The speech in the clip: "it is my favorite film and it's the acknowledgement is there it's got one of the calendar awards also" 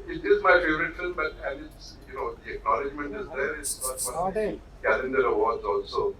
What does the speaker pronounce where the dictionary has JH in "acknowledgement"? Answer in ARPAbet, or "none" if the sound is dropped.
JH